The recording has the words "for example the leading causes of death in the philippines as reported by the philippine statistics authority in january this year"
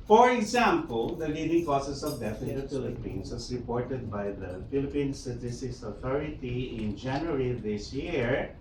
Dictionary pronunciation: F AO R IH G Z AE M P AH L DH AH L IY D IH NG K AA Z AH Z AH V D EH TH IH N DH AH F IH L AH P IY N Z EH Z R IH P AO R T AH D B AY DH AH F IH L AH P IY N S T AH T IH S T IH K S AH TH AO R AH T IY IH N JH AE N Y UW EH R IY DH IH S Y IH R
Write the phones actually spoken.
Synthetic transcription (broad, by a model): F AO R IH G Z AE M P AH L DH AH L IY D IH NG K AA S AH S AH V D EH F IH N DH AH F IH L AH P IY N S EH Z R IH P AO R T AH D B AY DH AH F IH L AH P IY N S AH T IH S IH S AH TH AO R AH T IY IH N JH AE N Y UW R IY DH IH S Y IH R